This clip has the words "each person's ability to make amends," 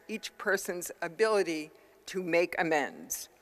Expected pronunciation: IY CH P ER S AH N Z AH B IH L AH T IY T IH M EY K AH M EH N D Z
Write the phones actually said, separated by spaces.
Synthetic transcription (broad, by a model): IY CH P ER S AH N Z AH B IH L AH T IY T IH M EY K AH M EH N D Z